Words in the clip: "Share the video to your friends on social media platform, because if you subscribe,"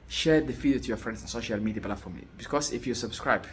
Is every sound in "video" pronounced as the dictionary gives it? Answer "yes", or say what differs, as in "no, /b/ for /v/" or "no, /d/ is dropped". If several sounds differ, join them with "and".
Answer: no, /f/ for /v/